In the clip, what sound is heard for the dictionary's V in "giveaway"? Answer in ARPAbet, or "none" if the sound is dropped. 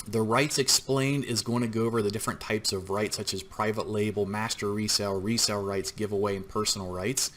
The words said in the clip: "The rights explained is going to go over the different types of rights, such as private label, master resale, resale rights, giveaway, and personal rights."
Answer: V